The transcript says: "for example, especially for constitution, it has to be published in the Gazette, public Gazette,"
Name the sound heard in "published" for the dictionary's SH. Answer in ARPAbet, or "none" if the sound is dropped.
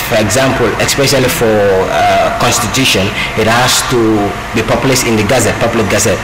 S